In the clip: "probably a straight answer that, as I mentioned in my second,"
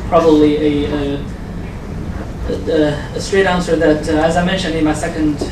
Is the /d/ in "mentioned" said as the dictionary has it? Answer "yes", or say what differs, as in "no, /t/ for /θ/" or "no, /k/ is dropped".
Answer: yes